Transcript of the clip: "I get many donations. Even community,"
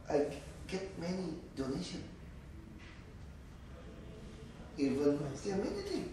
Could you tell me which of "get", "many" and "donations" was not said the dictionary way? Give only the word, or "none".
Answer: donations